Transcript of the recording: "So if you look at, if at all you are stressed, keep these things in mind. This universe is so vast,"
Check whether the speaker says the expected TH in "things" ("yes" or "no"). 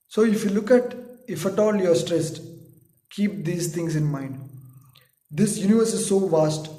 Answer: no